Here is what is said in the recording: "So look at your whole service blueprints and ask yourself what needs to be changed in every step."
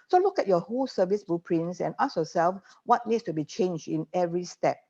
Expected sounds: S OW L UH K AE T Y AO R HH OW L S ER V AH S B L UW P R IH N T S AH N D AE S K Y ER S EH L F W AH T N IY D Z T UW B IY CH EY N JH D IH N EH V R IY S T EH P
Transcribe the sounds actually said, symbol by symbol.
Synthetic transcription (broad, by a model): S OW L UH K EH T Y AO HH OW L S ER V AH S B UW P R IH N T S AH N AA S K Y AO S EH L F W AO T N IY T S T UW B IY CH EY N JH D IH N EH V R IY S T EH P